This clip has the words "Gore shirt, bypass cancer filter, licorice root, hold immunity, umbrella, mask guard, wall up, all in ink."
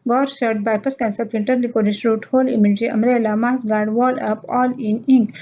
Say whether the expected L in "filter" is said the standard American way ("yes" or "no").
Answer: no